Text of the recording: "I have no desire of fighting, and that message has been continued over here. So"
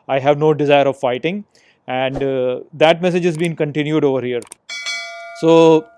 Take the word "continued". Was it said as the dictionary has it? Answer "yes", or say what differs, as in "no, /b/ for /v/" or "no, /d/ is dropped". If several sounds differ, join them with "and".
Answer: yes